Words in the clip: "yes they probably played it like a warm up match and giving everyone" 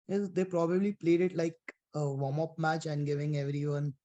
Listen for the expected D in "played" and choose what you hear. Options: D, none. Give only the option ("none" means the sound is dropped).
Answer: D